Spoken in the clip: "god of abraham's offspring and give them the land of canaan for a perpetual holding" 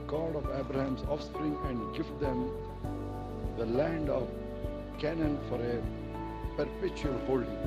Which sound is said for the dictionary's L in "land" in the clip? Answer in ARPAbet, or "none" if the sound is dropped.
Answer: L